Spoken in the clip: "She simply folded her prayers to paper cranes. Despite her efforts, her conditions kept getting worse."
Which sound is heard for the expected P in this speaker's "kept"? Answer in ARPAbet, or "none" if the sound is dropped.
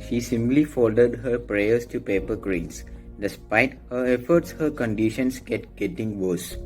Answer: none